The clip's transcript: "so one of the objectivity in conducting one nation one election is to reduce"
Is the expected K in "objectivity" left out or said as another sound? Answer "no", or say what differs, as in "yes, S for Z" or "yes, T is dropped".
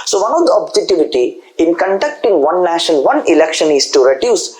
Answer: yes, K is dropped